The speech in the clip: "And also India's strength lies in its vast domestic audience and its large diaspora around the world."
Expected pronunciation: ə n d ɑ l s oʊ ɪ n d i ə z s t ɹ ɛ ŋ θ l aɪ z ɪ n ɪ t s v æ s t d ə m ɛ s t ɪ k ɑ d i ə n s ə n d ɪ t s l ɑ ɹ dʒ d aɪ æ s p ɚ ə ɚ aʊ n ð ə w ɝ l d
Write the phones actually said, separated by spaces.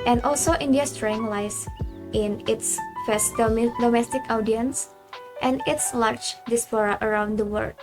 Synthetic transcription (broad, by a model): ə n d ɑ l s oʊ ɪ n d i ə s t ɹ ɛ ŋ l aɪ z ɪ n ɪ t s f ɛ s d d ə m ɛ s t ɪ k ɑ d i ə n s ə n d ɪ t s l ɑ ɹ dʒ d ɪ s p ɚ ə ɚ aʊ n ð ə w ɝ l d